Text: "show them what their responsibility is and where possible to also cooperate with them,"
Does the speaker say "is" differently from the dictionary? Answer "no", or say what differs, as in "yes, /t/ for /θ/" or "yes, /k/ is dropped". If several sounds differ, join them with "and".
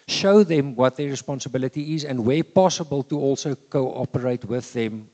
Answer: no